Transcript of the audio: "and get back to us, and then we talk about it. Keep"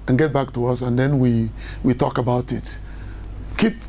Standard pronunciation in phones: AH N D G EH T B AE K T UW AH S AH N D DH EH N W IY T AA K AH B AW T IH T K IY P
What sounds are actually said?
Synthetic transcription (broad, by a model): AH N G EH T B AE K T UW AH S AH N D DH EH N W IY T AA K AH B AW T IH T K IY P